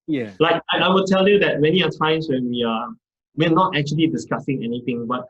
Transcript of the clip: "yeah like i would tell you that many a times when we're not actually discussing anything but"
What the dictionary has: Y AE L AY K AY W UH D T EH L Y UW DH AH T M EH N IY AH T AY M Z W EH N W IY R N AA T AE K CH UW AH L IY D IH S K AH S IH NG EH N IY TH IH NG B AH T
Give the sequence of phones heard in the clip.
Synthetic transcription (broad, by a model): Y L AY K AY W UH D T EH L Y UW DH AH T M EH N IY AH T AY M S W EH N W IY W N AA T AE K CH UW AH L IY D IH S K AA S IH NG EH N IY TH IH NG B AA T